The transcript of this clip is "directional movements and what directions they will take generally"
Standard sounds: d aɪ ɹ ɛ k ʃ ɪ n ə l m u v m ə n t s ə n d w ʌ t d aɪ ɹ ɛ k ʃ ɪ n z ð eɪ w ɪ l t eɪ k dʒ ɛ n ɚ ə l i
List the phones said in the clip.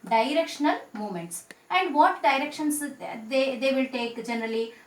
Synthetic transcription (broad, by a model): d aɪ ɹ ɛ k ʃ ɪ n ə l m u m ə n t s ə n d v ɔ t d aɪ ɹ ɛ k ʃ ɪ n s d eɪ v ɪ l t eɪ k dʒ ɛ n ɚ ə l i